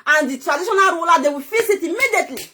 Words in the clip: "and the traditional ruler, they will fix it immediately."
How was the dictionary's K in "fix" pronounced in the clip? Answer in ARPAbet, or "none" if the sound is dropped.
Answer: none